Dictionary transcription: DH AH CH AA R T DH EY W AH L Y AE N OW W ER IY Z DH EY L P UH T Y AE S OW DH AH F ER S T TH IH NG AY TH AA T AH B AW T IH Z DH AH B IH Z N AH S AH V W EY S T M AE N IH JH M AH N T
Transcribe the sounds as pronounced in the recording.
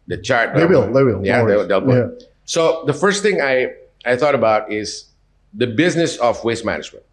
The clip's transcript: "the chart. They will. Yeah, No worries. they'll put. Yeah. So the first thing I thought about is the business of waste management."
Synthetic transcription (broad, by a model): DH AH CH AA R T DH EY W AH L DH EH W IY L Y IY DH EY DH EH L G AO S OW DH AH F ER S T TH IH NG AY TH AA T AH B AW T IH Z DH AH B IH Z N AH S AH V W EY S M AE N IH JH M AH N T